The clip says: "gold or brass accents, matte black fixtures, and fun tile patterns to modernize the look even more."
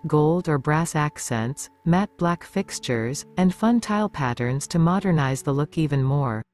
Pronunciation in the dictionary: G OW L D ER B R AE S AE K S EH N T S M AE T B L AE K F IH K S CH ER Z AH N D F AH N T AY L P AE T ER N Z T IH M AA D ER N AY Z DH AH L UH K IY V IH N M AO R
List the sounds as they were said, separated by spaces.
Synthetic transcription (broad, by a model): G OW L D ER B R AE S AE K S EH N T S M AE T B L AE K F IH K S CH ER Z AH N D F AH N T AY L P AE T ER N Z T IH M AA D ER N AY Z DH AH L UH K IY V IH N M AO R